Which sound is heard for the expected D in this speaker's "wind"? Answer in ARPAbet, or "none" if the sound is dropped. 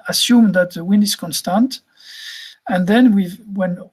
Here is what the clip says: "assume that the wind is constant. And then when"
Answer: none